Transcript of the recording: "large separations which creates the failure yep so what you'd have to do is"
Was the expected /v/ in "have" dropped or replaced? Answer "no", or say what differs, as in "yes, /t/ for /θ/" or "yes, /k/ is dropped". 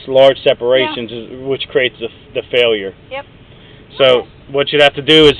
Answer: yes, /f/ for /v/